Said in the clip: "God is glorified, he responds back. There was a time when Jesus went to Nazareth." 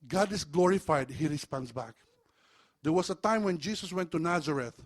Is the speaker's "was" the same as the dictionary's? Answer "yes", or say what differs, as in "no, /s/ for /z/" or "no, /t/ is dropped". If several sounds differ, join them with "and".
no, /s/ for /z/